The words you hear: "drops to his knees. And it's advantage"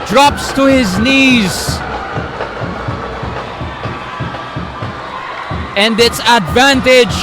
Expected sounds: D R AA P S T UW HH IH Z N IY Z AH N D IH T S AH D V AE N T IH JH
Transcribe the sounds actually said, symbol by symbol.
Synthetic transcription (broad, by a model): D R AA P S T UW HH IH Z N IY Z AH N D IH T S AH D V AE N T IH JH